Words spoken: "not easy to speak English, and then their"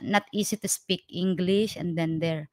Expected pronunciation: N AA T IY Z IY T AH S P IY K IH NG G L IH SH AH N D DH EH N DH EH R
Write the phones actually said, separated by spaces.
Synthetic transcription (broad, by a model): N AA T IY S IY T AH S P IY K IH NG G L IH SH AH N D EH N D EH R